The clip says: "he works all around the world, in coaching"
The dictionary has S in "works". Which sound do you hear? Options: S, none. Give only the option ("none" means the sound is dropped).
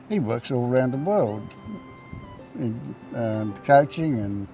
S